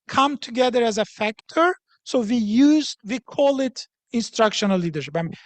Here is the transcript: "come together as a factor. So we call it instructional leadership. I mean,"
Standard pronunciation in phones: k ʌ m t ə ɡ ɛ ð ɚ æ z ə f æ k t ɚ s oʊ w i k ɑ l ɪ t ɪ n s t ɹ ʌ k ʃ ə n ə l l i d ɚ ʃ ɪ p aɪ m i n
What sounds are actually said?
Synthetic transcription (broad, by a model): k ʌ m t ə ɡ ɛ ð ɚ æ z ə f æ k t ɚ s oʊ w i k ɑ l ɪ t ɪ n s t ɹ ʌ k ʃ ə n ə l l i d ɚ ʃ ɪ p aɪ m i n